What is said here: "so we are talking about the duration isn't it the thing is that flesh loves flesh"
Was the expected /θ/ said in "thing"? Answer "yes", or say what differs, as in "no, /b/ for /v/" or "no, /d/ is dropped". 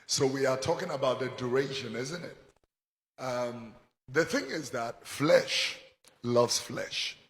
yes